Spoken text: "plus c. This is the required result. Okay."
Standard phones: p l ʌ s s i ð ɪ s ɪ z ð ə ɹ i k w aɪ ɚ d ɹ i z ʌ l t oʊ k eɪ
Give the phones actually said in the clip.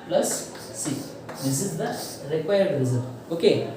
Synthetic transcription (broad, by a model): p l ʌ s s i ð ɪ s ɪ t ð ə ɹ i k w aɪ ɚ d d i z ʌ t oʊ k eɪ